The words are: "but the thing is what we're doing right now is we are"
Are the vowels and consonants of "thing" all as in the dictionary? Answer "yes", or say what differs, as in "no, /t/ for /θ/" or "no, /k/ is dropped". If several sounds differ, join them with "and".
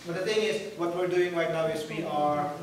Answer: no, /t/ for /θ/